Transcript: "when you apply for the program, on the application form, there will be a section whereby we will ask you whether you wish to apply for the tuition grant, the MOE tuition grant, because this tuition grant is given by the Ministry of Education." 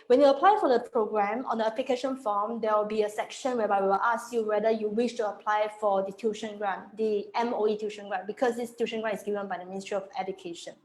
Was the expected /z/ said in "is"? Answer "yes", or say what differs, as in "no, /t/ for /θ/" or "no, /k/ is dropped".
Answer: no, /s/ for /z/